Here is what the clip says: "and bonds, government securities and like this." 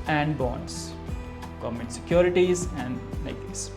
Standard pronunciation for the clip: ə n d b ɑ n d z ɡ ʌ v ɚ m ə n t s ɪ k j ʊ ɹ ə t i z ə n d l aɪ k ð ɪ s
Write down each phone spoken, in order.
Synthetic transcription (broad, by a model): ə n d b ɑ n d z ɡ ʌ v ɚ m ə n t s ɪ k j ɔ ɹ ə t i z ə n d n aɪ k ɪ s